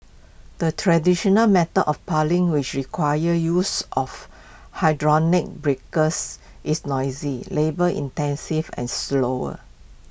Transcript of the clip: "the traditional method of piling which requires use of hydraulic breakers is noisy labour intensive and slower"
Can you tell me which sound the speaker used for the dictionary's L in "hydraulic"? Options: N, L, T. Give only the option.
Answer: N